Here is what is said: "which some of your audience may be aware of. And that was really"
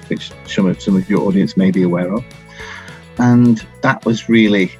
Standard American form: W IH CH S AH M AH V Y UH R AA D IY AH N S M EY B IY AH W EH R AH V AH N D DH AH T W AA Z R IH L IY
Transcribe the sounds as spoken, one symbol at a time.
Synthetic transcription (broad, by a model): W IH CH S AH M AH V Y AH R AA D IY AH N S M EY B IY AH W EH R AH V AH N DH AH T W AA Z R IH L IY